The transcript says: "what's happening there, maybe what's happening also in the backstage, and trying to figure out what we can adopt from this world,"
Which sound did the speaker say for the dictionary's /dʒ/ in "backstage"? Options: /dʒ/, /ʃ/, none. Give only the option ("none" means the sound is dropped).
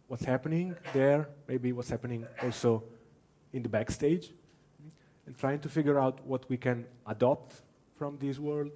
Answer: /dʒ/